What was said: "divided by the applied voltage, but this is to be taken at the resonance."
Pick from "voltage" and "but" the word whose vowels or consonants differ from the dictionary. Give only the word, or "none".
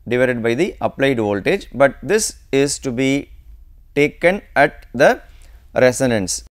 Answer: none